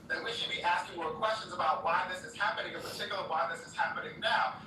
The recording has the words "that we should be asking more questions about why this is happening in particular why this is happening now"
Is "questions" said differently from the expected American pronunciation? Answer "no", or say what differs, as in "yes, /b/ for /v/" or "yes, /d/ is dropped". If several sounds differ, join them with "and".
no